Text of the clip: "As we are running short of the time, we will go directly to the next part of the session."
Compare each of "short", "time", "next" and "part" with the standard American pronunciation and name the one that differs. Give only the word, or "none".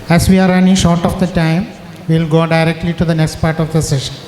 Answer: none